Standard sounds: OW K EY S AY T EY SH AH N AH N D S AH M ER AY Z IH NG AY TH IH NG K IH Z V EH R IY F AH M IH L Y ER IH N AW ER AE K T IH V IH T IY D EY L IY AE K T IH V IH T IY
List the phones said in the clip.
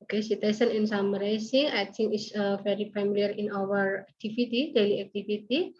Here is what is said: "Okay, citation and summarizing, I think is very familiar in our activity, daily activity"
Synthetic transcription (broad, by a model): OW K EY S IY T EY S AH N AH N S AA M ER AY S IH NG AY T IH NG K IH S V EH R IY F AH M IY L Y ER IH N AW ER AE K T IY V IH T IY D EY L IY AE K T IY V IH T IY